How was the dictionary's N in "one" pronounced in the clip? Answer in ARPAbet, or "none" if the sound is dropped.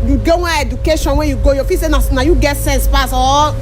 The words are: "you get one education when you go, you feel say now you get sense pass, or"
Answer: none